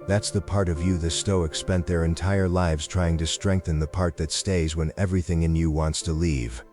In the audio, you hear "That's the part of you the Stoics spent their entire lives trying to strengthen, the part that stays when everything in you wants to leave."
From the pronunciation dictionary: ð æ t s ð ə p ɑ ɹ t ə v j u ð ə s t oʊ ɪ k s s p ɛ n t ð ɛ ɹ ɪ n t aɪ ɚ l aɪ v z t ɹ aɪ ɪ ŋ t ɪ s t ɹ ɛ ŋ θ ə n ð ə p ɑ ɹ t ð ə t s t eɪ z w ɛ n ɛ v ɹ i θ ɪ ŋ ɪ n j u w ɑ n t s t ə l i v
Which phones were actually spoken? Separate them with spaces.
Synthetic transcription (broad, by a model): ð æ t s ð ə p ɑ ɹ t ə v j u ð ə s t oʊ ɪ k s s p ɛ n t ð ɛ ɹ ɪ n t aɪ ɚ l aɪ v z t ɹ aɪ ɪ ŋ t ɪ s t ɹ ɛ ŋ θ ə n ð ə p ɑ ɹ t ð ə t s t eɪ z w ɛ n ɛ v ɹ i θ ɪ ŋ ɪ n j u w ɑ n t s t ə l i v